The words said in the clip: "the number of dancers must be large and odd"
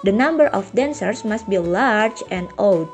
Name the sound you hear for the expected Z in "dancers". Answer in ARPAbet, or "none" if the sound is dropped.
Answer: S